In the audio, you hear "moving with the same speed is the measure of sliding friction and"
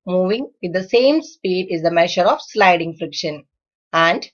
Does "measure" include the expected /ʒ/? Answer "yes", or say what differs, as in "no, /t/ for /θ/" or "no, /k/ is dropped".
no, /ʃ/ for /ʒ/